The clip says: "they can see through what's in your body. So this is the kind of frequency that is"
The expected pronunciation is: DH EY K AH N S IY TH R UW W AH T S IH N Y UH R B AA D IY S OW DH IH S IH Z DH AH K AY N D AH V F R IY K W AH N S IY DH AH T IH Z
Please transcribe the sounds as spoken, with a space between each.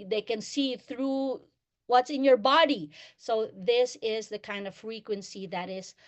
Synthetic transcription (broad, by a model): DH EY K AH N S IY TH R UW W AH T S IH N Y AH R B AA D IY S OW DH IH S IH Z DH AH K AY N D AH V F R IY K W AH N S IY DH AH T IH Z